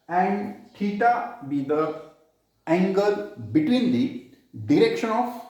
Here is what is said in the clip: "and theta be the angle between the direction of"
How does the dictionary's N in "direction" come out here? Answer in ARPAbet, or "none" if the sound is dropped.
N